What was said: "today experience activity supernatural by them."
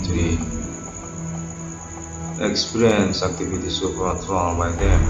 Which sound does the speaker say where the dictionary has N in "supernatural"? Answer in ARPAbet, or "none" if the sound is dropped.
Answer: none